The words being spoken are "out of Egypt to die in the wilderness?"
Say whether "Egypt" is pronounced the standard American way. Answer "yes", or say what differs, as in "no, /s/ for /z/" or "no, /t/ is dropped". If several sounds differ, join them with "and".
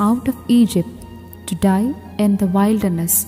yes